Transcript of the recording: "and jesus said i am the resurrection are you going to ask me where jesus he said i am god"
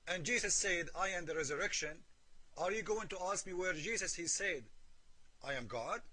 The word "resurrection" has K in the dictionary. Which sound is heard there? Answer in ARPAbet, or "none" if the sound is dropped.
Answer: K